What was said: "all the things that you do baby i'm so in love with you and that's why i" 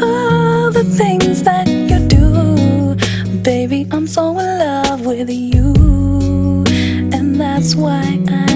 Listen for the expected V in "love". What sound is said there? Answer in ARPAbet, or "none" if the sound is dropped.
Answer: V